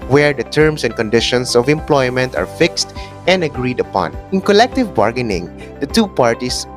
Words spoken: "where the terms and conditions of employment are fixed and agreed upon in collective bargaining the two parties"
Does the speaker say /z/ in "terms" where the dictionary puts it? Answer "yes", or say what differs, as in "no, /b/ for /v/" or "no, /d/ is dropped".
no, /s/ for /z/